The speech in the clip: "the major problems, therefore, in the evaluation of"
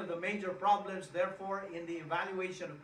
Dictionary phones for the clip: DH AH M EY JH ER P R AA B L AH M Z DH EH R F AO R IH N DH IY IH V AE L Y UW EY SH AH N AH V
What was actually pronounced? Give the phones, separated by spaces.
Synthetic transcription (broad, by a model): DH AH M EY JH ER P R AA B L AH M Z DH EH R F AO R IH N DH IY IH V AE L Y UW EY SH AH N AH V